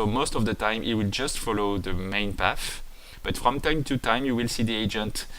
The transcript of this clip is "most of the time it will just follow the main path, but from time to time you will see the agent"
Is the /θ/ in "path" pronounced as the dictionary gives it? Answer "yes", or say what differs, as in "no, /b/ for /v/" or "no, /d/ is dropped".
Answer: no, /f/ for /θ/